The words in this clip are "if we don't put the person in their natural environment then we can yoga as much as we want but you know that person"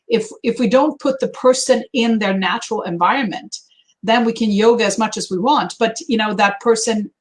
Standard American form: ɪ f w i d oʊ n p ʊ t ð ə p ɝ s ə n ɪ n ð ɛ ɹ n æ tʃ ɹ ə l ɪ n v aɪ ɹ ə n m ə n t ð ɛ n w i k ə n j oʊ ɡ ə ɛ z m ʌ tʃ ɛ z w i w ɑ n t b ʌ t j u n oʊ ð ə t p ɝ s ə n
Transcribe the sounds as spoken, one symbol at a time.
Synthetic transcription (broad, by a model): ɪ f w i d oʊ n p ʊ t ð ə p ɝ s ə n ɪ n ð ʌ ɹ n æ tʃ ɹ l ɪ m v aɪ ɹ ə n m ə n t ð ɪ n w i k ə n j oʊ ɡ ə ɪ z m ʌ tʃ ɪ z w i w ɑ n t b ʌ t j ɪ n oʊ ð ə t p ɝ s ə n